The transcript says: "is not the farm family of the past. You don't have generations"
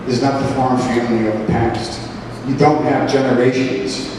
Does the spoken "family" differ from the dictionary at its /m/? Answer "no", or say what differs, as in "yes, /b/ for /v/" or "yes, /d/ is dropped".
yes, /m/ is dropped